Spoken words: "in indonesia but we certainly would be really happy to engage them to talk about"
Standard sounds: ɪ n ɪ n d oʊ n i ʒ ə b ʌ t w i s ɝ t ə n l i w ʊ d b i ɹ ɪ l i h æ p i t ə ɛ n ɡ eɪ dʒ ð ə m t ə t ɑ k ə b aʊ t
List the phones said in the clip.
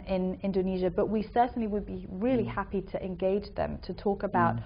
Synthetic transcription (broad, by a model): ɪ n ɪ n d oʊ n i ʒ ə b ʌ t w i s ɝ t n l i w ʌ d b i ɹ ɪ l i h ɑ p i t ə ɛ n ɡ eɪ dʒ ð ə m t ə t ɑ k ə b aʊ t